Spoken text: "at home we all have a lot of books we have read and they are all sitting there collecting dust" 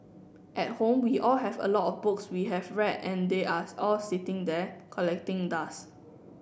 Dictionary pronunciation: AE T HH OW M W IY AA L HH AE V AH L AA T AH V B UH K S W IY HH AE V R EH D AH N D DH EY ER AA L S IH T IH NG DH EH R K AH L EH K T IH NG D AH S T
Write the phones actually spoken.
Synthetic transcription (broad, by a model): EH T HH OW M W IY AA L HH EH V AH L AA T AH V B UH K S W IY HH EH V R EH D AH N D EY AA AA L S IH T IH NG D EH K AH L EH K T IH NG D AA S